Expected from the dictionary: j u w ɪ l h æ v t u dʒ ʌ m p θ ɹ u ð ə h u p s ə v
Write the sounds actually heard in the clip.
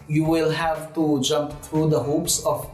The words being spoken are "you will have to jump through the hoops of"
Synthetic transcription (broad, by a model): j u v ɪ l h æ v t u dʒ ʌ m p t ɹ u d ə h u p s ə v